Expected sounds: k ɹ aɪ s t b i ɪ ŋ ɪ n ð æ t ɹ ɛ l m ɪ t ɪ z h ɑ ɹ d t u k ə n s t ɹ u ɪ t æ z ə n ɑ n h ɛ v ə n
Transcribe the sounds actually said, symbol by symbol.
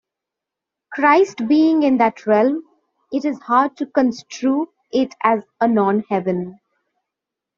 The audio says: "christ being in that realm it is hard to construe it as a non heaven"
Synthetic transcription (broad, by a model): k ɹ aɪ s t b i ɪ ŋ ɪ n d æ t ɹ ɛ l m ɪ t ɪ z h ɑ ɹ d t u k ə n s t ɹ u ɪ t æ z ə n ɑ n h ɛ v ə n